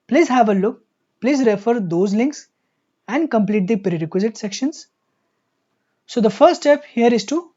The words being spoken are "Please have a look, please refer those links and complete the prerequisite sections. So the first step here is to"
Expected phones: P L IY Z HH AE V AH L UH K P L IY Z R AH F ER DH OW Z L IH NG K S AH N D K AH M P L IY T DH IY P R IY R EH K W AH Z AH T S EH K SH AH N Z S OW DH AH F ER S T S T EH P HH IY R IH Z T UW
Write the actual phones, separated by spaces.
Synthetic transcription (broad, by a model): P L IY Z HH AE V AH L UH K P L IY Z R AH F ER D OW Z L IH NG K S AH N D K AH M P L IY T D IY P R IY R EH K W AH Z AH T S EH K SH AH N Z S OW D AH F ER T S T EH P HH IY R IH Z T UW